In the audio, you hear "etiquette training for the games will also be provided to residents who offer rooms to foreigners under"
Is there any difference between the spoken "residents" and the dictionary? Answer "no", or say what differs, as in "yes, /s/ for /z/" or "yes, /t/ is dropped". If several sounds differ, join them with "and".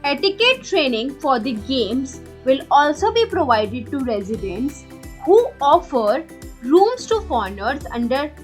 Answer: no